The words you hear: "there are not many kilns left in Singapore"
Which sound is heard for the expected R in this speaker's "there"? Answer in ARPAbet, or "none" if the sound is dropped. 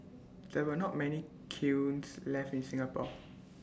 W